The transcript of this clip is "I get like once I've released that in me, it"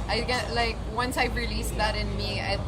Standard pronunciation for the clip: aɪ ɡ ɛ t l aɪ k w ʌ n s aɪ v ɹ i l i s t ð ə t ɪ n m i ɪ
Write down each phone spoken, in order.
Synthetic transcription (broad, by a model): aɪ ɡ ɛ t l aɪ k w ʌ n s aɪ p ɹ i l i s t ð ə t ɪ n m i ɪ